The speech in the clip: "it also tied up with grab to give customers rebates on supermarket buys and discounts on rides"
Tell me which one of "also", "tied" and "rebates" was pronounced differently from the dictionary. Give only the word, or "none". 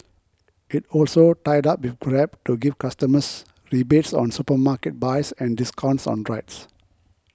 none